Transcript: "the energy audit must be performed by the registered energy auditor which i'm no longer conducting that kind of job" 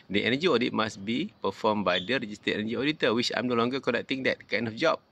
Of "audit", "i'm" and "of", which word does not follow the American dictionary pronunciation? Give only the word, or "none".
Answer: of